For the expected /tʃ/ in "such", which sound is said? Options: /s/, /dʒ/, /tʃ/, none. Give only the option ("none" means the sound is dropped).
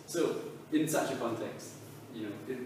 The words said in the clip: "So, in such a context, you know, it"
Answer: /tʃ/